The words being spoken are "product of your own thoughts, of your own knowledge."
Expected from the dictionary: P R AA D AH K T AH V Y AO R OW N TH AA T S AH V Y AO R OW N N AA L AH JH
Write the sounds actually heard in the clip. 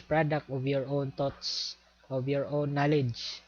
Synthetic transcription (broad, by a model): P R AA D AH K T AH V Y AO R OW N T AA T S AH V Y AO R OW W N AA L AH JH